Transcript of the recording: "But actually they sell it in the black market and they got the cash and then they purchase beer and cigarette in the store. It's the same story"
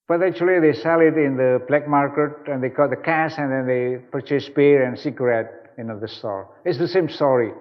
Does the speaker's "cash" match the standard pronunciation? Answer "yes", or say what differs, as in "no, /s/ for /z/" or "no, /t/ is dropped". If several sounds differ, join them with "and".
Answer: no, /s/ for /ʃ/